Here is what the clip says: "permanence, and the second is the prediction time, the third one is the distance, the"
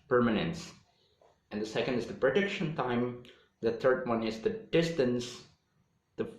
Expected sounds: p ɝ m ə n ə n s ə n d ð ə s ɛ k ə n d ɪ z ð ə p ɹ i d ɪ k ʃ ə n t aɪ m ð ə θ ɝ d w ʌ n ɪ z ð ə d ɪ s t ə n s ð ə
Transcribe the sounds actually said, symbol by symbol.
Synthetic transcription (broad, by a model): p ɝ m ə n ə n s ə n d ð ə s ɛ k ə n d ɪ z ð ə p ɹ i d ɪ k ʃ ə n t aɪ m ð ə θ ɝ d w ʌ n ɪ z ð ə d ɪ s t ə n s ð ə